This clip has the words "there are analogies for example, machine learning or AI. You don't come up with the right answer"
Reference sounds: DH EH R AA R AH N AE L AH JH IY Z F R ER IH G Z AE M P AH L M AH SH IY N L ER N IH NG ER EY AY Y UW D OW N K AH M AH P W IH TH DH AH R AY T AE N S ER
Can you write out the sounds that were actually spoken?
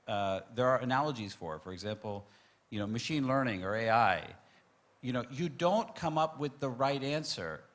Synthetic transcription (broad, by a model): DH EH R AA R AH N AE L AH JH IY Z F R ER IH G Z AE M P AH N M AH SH IY N L ER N IH NG ER EY AY Y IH D OW N K AH M AH P W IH DH AH R AY T AE N S ER